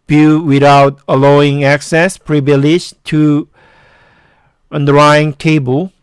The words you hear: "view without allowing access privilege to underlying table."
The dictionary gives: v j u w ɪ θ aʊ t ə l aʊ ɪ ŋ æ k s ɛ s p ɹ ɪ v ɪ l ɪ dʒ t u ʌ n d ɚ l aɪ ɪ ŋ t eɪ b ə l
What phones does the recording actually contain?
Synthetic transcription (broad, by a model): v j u w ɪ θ aʊ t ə l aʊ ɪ ŋ æ k s ɛ s p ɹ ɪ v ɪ l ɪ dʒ t u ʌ n d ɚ aɪ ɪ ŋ t eɪ b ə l